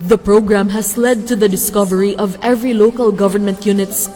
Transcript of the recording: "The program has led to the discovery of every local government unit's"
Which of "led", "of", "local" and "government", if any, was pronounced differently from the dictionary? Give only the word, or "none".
none